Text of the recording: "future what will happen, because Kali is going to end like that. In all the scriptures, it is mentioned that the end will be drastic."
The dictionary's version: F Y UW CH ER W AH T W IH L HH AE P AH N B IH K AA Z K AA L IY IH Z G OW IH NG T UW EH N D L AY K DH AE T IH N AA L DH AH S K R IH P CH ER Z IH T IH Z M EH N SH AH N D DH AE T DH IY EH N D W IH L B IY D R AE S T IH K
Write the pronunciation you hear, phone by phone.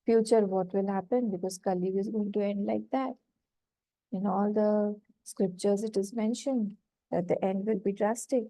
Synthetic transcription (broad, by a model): F Y UW CH ER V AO T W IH L HH AE P AH N B IH K AA Z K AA L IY IH Z G OW IH NG T UW EH N D L AY K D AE T IH N AA L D AH S K R IH P CH ER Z IH T IH Z M EH N SH AH N D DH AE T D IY EH N D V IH L B IY D R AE S T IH K